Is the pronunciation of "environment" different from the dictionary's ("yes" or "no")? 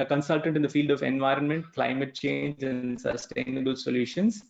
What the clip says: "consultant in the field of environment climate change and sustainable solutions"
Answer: no